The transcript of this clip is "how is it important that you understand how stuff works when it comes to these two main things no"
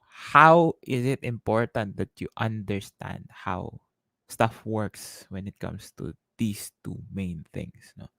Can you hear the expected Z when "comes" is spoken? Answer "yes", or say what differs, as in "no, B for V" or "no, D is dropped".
no, S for Z